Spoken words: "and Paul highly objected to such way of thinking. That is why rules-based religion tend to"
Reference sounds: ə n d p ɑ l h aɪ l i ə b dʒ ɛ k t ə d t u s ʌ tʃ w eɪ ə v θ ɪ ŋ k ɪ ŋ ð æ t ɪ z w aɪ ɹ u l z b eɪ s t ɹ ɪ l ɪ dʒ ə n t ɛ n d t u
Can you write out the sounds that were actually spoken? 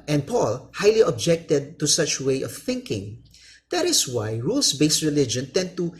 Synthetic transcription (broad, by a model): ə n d p ɑ l h aɪ l i ə b dʒ ɛ k t ə d t u s ʌ tʃ w eɪ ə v θ ɪ ŋ k ɪ ŋ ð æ t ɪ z w aɪ ɹ u l s b eɪ s t ɹ ɪ l ɪ dʒ ə n t ɛ n d t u